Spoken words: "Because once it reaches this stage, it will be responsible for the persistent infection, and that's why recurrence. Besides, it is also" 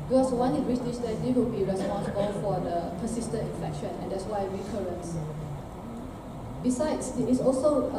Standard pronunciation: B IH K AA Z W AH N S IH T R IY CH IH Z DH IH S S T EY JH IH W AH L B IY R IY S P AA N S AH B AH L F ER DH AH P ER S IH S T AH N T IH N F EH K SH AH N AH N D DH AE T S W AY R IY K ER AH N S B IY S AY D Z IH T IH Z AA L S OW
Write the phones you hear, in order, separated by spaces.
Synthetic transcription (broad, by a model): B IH K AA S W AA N IH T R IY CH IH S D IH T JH IH W AH L B IY R IY S P AA N S AH B AH L F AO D AH P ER S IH S T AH N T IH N F EH K SH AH N AH N D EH T S W AY R IY K ER AH N S B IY S AY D S IH T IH S AA L S OW